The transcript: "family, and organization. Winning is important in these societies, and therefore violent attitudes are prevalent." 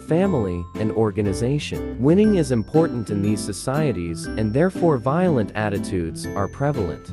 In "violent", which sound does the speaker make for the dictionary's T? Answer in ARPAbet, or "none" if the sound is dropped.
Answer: T